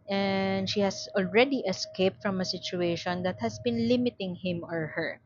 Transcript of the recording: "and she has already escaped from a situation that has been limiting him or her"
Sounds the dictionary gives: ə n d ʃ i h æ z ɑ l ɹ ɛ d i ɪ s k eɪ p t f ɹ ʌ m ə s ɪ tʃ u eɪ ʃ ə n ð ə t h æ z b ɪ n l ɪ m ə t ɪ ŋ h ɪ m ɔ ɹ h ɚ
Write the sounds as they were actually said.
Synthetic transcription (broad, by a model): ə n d ʃ i h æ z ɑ l ɹ ɛ d i ɪ s k eɪ p t f ɹ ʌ m ə s ɪ tʃ u eɪ ʃ ə n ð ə t h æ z b ɪ n l ɪ m ə t ɪ ŋ h ɪ m ɔ ɹ h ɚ